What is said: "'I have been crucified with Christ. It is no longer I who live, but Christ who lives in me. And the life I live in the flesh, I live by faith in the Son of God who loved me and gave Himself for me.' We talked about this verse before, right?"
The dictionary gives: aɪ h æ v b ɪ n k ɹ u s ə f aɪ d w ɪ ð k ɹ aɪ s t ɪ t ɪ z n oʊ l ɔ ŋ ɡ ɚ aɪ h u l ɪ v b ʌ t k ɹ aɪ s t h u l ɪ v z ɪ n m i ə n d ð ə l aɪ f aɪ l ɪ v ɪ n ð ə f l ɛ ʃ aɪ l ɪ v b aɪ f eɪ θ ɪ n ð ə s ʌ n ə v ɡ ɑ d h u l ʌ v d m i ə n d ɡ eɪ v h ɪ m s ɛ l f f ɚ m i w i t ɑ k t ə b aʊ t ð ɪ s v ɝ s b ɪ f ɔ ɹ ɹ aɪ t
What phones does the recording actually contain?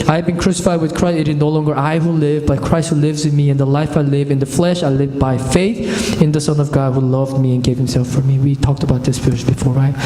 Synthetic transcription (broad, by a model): aɪ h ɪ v b ɪ n k ɹ u s ə f aɪ d w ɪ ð k ɹ aɪ s t ɪ t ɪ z n oʊ l ɔ ŋ ɡ ɚ aɪ h u l ɪ v b ʌ t k ɹ aɪ s t h u l ɪ v z ɪ n m i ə n ð ə l aɪ f aɪ l ɪ v ɪ n ð ə f l ɛ ʃ aɪ l ɪ v b aɪ f eɪ θ ɪ n ð ə s ʌ n ə v ɡ ɑ d h u l ʌ v d m i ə n ɡ eɪ v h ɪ m s ɛ l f f ɚ m i w i t ɑ k t ə b aʊ t ð ɪ s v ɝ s b ɪ f ɔ ɹ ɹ aɪ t